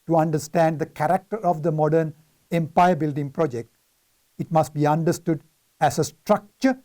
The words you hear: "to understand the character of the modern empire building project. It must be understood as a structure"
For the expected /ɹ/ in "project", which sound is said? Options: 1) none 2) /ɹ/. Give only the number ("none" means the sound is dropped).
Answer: 2